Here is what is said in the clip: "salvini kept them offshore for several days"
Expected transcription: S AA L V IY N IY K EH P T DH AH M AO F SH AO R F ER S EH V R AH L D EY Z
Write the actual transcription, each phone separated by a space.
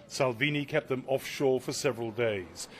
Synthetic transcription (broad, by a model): S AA L V IY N IY K EH P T DH AH M AO F SH AO R F ER S EH V R AH L D EY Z